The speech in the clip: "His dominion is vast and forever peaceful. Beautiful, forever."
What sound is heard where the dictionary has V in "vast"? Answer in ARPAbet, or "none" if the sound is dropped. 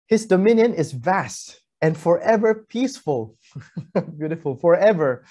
V